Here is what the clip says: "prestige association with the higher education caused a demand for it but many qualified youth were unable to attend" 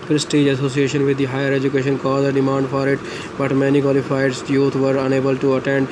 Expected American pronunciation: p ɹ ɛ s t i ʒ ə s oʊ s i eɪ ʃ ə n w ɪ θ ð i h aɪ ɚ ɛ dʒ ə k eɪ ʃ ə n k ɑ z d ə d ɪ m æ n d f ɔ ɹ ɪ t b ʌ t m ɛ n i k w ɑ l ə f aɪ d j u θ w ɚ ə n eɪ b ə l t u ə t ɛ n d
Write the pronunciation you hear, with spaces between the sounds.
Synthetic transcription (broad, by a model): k ɹ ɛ s t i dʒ ə s oʊ s i eɪ ʃ ə n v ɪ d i h aɪ ɚ ɛ dʒ ə k eɪ ʃ ə n k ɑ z ə d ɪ m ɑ n d f ɔ ɹ ɪ t b ʌ t m ɛ n i k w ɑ l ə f aɪ d j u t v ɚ ə n eɪ b ə l t u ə t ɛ n d